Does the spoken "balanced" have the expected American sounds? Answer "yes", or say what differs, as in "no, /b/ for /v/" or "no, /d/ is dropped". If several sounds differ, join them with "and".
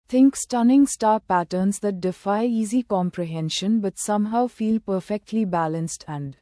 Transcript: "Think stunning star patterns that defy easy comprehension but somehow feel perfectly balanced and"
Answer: yes